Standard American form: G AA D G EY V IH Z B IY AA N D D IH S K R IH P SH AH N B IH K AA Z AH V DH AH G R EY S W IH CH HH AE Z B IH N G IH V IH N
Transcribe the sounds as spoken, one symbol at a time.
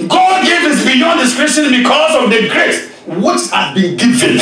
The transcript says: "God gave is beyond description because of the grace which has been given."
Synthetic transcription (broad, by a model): G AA D G EY V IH S B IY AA N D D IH S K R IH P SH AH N B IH K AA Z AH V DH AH G R EY S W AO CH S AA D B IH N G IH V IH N